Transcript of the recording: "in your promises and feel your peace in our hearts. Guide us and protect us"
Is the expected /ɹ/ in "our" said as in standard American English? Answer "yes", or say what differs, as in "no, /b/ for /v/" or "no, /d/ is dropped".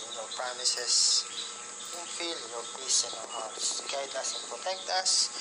no, /w/ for /ɹ/